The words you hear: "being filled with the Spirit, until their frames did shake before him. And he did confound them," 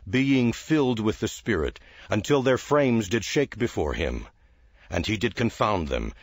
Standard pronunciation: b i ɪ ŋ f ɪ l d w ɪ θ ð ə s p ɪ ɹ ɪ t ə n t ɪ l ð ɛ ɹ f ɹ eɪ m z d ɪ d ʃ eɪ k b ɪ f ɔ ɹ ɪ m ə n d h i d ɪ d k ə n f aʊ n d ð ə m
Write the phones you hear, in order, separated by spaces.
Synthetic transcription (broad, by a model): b i ɪ ŋ f ɪ l d w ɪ ð ə s p ɪ ɹ ɪ t ə n t ɪ l ð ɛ ɹ f ɹ eɪ m z d ɪ d ʃ eɪ k b ɪ f ɔ ɹ ɪ m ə n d i d ɪ d k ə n f aʊ n ð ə m